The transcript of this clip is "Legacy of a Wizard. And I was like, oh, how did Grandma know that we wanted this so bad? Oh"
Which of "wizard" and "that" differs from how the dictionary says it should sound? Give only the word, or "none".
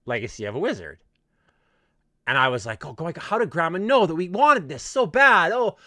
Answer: none